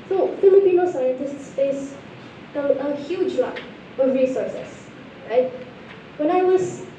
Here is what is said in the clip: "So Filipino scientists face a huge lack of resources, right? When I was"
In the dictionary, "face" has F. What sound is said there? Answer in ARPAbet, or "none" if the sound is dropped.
P